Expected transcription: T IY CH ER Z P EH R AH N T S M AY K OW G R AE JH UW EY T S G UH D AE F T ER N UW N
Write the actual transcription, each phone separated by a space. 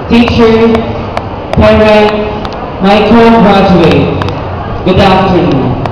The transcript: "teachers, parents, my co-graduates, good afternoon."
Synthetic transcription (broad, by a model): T IY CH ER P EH R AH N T M AY K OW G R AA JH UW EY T G UH D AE F T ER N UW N